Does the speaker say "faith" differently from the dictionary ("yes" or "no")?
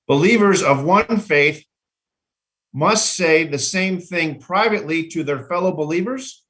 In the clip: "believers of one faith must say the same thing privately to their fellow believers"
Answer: no